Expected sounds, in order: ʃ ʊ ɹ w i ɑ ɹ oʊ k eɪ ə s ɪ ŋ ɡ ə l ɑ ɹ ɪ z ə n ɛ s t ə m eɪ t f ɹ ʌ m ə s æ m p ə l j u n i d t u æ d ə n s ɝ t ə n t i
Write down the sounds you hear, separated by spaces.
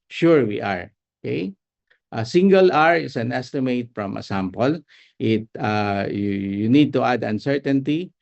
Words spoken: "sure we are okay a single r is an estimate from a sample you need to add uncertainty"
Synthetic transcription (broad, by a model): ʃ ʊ ɹ w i ɑ ɹ oʊ k eɪ ə s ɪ ŋ ɡ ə l ɑ ɹ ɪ s ə n ɛ s t ə m eɪ t f ɹ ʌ m ə s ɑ m p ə l j u n i d t u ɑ d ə n s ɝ t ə n t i